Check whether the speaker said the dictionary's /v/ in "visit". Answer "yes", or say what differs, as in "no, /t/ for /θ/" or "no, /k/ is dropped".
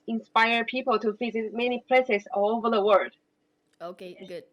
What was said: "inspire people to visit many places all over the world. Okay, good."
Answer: no, /f/ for /v/